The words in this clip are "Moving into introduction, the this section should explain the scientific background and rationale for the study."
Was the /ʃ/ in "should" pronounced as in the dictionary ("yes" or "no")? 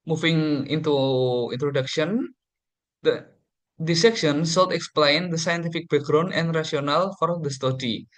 no